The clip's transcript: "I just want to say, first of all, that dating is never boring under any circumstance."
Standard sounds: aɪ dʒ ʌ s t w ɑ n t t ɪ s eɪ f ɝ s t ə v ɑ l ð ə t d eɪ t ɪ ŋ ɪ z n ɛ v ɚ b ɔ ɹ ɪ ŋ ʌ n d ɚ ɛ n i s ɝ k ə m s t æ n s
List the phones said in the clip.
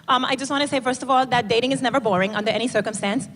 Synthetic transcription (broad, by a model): aɪ dʒ ʌ s t w ɑ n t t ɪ s eɪ f ɝ s t ə v ɑ l ð ə t d eɪ t ɪ ŋ ɪ z n ɛ v ɚ b ɔ ɹ ɪ ŋ ʌ n d ɚ ɛ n i s ɝ k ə m s t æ n s